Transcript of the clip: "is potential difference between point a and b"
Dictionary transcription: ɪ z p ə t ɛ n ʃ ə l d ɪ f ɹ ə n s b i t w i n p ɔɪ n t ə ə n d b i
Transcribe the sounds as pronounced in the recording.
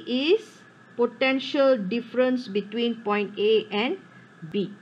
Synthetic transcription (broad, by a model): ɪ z p ə t ɛ n ʃ ə l d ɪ f ɹ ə n s b i t w i n p ɔɪ n t ə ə n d b i